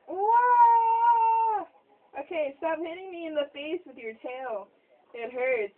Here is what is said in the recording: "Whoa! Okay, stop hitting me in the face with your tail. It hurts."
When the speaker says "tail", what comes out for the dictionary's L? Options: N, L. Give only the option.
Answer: N